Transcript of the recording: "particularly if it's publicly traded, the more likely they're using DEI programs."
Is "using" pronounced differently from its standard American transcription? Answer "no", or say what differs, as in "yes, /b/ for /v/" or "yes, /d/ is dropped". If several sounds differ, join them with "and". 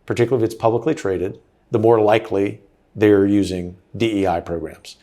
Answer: no